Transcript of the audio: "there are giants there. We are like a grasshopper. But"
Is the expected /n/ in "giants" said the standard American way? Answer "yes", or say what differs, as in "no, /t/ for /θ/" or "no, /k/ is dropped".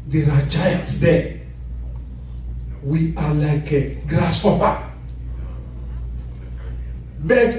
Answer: no, /n/ is dropped